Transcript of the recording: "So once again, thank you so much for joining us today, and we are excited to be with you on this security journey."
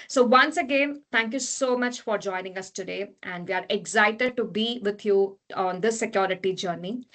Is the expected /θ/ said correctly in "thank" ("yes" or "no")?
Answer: no